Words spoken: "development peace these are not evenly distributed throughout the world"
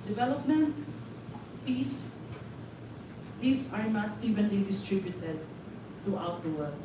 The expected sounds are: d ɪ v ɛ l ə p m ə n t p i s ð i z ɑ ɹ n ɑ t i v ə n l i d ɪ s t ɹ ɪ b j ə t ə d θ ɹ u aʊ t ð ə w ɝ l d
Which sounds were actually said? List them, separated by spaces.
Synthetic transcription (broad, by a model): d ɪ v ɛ l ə p m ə n t p i s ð i s ɑ ɹ n ɑ t i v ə n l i d ɪ s t ɹ ɪ b j ə t ə d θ ɹ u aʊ t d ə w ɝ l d